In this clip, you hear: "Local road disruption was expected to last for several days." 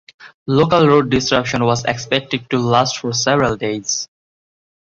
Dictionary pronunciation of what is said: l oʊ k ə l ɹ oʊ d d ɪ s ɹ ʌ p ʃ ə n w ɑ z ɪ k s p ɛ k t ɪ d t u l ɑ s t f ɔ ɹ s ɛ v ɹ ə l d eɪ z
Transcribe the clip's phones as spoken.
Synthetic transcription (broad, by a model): l oʊ k ə l ɹ oʊ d d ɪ s ɹ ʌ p ʃ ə n w ɑ z ɪ k s p ɛ k t ɪ d t u l ɑ s t f ɔ ɹ s ɛ v ɹ ə l d eɪ z